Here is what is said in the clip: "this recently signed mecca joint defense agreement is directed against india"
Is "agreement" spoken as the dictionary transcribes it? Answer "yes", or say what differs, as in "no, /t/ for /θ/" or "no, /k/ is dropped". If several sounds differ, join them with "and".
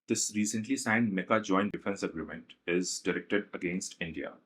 yes